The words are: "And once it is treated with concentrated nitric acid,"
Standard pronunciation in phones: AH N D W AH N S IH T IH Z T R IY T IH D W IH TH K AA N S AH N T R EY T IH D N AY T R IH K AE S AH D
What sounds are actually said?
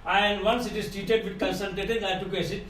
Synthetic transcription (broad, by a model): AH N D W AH N S IH T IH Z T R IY T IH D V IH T K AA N S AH L T EY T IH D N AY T IH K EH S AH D